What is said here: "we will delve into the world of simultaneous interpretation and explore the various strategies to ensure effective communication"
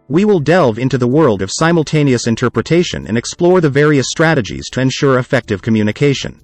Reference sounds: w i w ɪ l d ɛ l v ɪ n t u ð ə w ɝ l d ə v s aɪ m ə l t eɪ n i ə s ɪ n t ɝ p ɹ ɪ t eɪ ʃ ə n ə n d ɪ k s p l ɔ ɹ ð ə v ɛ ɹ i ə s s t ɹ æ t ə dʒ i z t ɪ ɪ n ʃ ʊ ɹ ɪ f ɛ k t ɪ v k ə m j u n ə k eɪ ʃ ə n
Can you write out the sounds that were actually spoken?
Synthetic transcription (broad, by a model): w i w ɪ l d ɛ l v ɪ n t u ð ə w ɝ l d ə v s aɪ m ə l t eɪ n i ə s ɪ n t ɝ p ɹ ɪ t eɪ ʃ ə n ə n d ɪ k s p l ɔ ɹ ð ə v ɛ ɹ i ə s s t ɹ æ t ə dʒ i z t ɪ ɪ n ʃ ʊ ɹ ɪ f ɛ k t ɪ v k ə m j u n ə k eɪ ʃ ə n